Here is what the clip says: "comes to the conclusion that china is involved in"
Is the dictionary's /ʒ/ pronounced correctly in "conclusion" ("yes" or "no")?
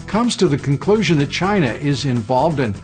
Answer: yes